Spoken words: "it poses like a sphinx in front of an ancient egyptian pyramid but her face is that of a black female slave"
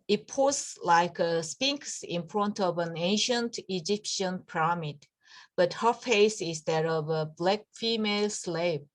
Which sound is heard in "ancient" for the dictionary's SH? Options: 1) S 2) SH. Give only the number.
2